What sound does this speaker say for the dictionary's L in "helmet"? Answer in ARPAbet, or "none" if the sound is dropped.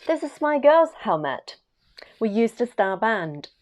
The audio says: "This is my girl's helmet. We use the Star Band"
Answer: L